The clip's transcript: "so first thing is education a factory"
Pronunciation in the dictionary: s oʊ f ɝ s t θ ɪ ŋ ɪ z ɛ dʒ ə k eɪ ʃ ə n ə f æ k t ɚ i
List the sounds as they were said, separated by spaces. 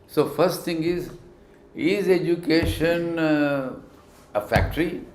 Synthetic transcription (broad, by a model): s oʊ f ɝ s t t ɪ ŋ ɪ z ɛ dʒ ə k eɪ ʃ ə n ə f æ k t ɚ i